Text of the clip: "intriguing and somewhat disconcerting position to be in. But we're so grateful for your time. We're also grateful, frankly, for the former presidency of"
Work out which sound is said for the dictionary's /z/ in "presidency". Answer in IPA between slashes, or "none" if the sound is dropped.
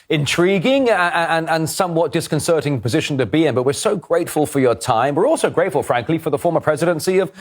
/z/